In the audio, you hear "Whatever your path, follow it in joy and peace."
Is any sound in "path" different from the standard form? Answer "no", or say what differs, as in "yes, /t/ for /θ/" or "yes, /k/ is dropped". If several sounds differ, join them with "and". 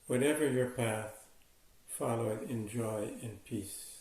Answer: no